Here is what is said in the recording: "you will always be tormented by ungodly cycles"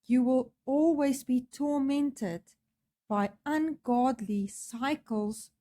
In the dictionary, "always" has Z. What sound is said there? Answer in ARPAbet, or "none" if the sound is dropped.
Z